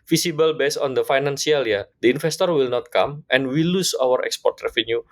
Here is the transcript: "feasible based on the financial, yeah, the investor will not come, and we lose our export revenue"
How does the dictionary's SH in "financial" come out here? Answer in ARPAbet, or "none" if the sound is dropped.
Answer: S